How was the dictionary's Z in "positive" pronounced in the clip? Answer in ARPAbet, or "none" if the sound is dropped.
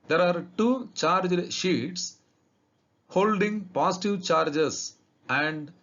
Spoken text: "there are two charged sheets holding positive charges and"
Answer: S